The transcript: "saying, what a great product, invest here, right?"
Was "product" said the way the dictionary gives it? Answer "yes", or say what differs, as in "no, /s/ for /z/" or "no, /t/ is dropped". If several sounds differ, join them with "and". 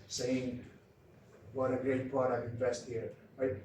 no, /ɹ/ is dropped